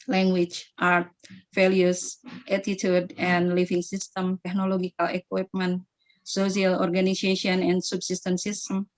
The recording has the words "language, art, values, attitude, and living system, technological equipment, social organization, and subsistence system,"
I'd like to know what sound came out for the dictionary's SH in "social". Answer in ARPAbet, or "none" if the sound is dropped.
S